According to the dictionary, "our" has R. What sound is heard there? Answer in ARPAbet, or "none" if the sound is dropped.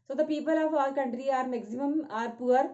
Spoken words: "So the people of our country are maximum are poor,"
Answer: L